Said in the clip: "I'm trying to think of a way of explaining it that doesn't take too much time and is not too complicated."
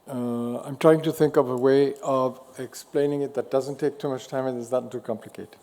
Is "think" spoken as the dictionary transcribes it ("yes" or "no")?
yes